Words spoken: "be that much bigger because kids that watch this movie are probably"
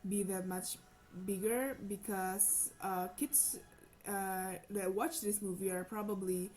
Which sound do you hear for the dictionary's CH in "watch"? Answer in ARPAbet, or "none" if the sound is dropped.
CH